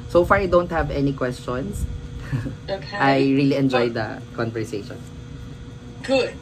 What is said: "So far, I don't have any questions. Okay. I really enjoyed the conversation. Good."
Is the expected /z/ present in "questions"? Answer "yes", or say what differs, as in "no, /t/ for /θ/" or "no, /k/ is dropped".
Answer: no, /s/ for /z/